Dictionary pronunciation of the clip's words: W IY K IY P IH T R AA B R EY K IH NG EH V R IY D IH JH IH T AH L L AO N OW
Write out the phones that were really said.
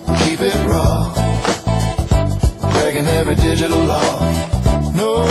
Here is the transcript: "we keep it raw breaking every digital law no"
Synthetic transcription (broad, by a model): K IY P IH T R AA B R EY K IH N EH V IY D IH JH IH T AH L L AO N OW